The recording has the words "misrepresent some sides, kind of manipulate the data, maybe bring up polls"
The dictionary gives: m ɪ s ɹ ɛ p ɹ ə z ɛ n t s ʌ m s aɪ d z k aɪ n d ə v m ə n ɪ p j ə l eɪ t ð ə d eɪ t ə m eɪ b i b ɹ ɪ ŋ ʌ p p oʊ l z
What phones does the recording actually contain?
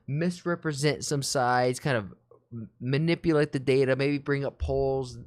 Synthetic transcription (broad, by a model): m ɪ s ɹ ɛ p ɹ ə z ɛ n t s ʌ m s aɪ d z k aɪ n d ə v m ə n ɪ p j ə l eɪ t ð ə d eɪ t ə m eɪ b i b ɹ ɪ ŋ ʌ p p oʊ l z